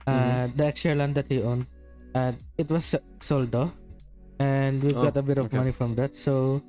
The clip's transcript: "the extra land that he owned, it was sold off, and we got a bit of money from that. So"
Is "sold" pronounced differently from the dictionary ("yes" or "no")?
no